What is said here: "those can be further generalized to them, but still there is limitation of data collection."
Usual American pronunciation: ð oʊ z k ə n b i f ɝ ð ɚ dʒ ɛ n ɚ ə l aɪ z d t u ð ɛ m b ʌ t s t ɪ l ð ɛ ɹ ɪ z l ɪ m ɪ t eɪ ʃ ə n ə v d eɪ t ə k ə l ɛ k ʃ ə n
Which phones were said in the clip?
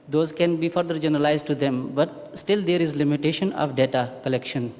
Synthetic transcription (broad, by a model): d oʊ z k ə n b i f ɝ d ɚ dʒ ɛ n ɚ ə l aɪ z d t u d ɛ m b ʌ t s t ɪ l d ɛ ɹ ɪ z l ɪ m ɪ t eɪ ʃ ə n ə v d eɪ t ə k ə l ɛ k ʃ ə n